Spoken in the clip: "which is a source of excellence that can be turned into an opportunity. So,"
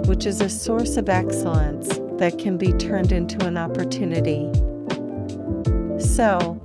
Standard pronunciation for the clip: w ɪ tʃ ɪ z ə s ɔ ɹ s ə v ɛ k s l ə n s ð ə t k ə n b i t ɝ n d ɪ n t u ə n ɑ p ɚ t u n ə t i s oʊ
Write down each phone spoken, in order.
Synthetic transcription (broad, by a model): w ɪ tʃ ɪ z ə s ɔ ɹ s ə v ɛ k s l ə n s ð ə t k ə n b i t ɝ n d ɪ n t u ə n ɑ p ɚ t u n ə t i s oʊ